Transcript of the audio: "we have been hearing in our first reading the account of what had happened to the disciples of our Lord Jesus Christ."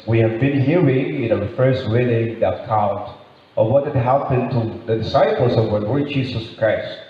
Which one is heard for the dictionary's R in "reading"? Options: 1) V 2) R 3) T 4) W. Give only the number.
4